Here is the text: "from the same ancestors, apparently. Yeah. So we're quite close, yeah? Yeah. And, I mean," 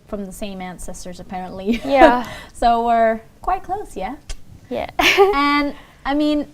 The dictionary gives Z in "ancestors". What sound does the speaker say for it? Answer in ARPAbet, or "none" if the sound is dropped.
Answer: Z